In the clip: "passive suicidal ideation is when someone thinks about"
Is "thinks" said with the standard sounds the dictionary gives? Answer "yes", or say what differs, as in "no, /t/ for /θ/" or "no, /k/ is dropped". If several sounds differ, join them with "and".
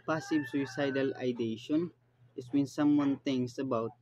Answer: no, /k/ is dropped